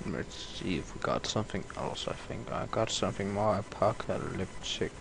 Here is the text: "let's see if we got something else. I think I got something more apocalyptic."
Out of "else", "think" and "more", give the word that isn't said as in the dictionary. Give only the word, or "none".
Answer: none